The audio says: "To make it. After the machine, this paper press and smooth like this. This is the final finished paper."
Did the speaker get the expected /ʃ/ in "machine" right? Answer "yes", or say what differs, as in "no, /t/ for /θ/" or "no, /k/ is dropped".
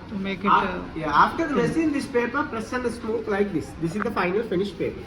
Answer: no, /s/ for /ʃ/